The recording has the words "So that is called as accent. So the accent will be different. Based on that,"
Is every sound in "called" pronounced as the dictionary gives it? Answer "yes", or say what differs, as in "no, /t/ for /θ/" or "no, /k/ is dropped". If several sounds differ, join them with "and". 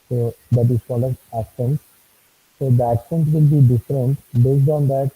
no, /d/ is dropped